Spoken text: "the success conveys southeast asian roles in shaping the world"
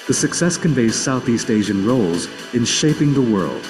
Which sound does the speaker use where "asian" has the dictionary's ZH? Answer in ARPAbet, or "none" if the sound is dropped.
ZH